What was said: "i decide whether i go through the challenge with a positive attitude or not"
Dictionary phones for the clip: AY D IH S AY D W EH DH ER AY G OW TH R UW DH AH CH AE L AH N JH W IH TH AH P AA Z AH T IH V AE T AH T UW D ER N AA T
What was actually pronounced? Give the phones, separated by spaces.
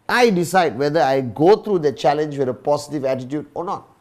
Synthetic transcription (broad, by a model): AY D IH S AY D W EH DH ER AY G OW T R UW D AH CH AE L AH N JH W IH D AH P AA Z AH T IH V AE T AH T UW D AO N AA T